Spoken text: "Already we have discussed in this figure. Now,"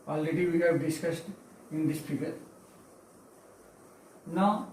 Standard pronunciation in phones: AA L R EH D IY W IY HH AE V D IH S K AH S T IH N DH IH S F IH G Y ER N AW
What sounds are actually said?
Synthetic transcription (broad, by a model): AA L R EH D IY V IY HH AE V D IH S K AH S T IH N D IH S P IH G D N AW